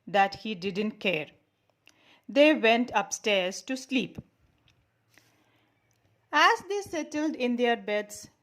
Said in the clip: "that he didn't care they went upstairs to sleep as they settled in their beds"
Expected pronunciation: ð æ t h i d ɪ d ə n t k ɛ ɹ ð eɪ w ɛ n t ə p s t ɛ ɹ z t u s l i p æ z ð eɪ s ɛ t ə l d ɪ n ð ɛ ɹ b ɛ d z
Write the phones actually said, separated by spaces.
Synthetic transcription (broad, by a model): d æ t h i d ɪ d ə n t k ɛ ɹ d eɪ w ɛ n t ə p s t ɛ ɹ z t u s l i p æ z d eɪ s ɛ t ə l d ɪ n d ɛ ɹ b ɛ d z